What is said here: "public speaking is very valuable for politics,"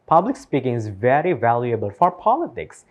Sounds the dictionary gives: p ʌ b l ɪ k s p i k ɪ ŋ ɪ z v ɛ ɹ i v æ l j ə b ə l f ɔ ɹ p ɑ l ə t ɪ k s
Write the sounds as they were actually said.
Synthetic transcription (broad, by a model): p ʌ b l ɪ k s p i k ɪ ŋ ɪ z v ɛ ɹ i v æ l j ə b ə l f ɔ ɹ p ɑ l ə t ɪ k s